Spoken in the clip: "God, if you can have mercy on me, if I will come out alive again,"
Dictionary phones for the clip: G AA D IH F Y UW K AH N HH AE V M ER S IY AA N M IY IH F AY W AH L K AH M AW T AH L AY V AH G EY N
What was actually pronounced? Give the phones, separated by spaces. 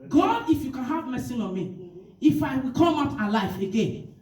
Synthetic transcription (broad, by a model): G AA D IH F Y UW K AH N HH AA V M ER S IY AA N M IY IH F AY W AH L K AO M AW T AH L AY F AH G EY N